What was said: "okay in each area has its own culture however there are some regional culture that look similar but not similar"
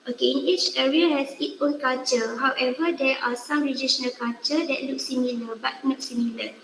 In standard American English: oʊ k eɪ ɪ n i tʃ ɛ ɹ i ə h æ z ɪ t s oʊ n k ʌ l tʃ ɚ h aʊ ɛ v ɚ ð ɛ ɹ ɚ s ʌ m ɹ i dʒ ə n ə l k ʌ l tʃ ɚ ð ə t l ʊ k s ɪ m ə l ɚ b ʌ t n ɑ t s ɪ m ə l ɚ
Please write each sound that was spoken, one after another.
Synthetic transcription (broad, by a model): oʊ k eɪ ɪ n i tʃ ɛ ɹ i ə h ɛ s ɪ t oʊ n k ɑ l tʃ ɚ h aʊ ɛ v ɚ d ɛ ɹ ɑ s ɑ m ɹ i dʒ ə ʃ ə n k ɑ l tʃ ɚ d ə t l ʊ k s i m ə l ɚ b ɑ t n ɑ t s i m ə l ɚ